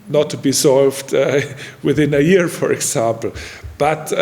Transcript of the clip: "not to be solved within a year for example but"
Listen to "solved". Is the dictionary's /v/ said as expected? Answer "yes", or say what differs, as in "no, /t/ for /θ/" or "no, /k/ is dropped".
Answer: yes